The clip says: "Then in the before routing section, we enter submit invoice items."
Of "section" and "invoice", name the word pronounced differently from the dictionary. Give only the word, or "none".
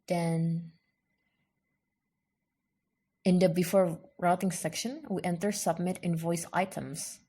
none